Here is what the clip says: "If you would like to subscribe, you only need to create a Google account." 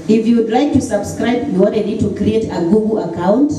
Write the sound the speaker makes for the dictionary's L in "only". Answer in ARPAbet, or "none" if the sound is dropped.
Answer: none